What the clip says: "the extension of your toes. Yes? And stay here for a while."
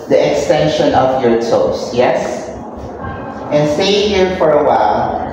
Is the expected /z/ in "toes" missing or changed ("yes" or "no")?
yes